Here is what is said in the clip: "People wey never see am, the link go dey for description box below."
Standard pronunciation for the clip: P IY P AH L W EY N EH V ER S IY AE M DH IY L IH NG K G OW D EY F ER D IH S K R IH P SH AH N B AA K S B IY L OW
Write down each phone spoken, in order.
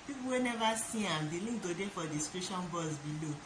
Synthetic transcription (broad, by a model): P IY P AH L W EY N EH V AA S IY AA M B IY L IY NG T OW D EY F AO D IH S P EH SH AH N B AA S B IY L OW